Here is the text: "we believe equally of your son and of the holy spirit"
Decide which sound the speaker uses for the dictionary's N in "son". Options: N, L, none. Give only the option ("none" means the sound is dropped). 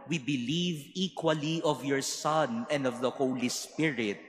N